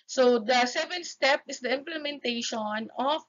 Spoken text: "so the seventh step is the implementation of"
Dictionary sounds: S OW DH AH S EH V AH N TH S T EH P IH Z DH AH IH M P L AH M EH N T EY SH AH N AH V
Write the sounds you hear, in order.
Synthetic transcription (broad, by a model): S OW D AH S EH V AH N T S T EH P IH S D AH IH M P L AH M EH N T EY SH AH N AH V